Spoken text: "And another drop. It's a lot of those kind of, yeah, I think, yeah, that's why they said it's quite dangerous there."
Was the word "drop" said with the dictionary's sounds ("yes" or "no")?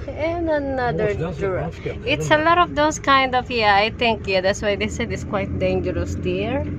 no